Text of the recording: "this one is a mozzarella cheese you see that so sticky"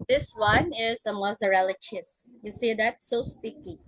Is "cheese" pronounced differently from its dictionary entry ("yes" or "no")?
yes